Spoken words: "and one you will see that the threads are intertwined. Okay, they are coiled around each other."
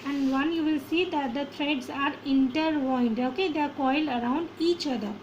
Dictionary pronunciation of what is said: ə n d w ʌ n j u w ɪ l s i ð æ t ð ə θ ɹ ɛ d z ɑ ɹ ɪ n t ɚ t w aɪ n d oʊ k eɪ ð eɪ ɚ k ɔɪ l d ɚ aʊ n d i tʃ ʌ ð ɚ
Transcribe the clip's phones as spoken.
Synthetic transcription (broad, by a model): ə n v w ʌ n j u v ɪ l s i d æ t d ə t ɹ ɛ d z ɑ ɹ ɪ n t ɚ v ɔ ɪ n d oʊ k eɪ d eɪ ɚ k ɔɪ l ɚ aʊ n d i tʃ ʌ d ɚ